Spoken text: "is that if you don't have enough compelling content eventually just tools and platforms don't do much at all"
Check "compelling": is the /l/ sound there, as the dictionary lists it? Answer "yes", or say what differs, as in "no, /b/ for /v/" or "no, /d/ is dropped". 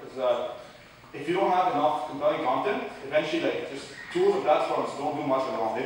no, /l/ is dropped